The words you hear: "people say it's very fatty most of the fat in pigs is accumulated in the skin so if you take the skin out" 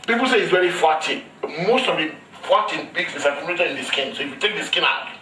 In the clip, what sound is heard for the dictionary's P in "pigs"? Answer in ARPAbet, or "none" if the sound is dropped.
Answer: B